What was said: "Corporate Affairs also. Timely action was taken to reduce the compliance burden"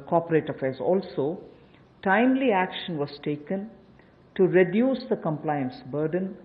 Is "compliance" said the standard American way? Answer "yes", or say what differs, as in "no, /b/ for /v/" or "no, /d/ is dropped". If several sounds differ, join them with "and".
yes